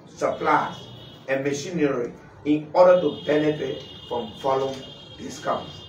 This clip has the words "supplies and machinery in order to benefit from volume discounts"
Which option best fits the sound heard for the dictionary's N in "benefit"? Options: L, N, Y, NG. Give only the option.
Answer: L